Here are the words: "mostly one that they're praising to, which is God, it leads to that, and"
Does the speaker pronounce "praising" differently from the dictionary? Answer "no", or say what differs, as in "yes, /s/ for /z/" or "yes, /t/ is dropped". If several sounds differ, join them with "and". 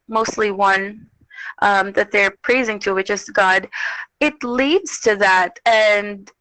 no